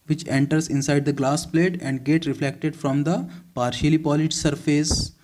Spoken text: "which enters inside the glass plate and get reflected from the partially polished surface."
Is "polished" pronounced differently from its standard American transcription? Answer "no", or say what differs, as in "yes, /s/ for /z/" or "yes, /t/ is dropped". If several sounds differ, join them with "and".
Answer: yes, /ʃ/ is dropped